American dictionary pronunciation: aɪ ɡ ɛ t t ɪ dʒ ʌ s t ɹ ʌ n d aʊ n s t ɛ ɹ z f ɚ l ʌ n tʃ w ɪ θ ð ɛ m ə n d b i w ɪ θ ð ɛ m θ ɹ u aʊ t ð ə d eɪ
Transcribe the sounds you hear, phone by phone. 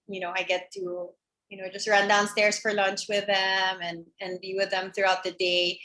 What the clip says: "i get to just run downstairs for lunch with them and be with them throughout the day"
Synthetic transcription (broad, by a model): aɪ ɡ ɛ t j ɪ dʒ ʌ s t ɹ ʌ n d aʊ n s t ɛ ɹ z f ɚ l ʌ n tʃ w ɪ ð ɛ m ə n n b i w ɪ ð ɛ m θ ɹ u aʊ t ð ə d eɪ